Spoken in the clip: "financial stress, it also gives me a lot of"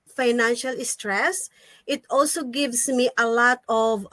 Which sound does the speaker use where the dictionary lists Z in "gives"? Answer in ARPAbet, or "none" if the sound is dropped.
S